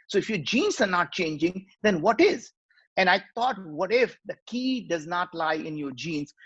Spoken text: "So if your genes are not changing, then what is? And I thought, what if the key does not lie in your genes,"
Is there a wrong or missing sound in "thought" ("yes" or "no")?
yes